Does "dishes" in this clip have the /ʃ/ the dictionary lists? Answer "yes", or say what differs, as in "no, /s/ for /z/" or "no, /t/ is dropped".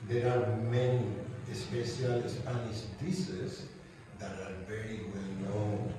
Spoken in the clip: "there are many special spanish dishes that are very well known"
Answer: no, /s/ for /ʃ/